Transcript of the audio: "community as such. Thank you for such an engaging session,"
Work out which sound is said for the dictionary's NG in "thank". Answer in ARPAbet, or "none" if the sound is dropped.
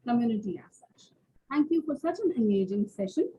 NG